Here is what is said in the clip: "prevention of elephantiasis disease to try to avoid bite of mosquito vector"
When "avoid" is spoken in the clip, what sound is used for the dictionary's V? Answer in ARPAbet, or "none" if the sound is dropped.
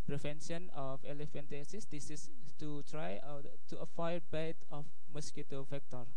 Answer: F